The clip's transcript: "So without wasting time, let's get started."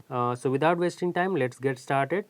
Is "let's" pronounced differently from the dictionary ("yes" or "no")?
no